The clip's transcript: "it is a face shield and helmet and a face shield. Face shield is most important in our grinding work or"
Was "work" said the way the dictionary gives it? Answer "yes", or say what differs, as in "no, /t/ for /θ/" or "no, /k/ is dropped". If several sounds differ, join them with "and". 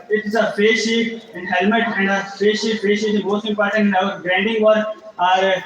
no, /k/ is dropped